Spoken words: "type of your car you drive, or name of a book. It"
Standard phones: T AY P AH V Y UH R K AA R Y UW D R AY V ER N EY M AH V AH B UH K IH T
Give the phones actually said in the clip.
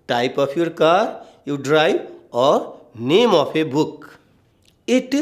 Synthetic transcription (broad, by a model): T AY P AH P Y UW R K AA R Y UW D R AY B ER N EY M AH P AH B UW K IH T